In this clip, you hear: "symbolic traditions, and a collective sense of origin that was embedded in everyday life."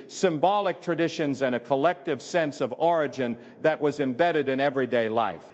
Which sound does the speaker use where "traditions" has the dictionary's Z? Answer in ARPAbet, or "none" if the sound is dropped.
Z